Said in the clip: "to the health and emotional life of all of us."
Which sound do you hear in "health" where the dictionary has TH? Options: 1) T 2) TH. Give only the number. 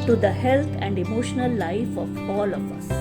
1